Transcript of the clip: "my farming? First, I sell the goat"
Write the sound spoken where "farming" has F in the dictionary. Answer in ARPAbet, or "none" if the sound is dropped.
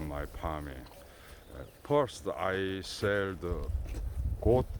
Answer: P